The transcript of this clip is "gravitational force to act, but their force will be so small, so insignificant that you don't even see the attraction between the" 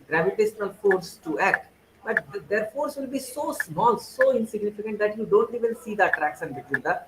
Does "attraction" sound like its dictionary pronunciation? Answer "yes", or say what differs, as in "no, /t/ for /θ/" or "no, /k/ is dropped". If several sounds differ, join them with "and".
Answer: no, /s/ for /ʃ/